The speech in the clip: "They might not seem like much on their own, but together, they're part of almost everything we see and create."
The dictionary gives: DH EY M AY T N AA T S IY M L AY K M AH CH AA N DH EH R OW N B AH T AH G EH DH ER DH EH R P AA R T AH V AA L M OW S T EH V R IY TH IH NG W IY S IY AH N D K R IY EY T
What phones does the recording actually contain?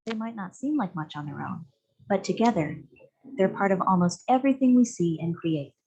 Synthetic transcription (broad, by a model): DH EY M AY T N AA T S IY M L AY K M AH CH N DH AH R OW N B AH T AH G EH DH ER DH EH R P AA R T AH V AA L M OW S T EH V R IY TH IH NG W IY S IY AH N K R IY EY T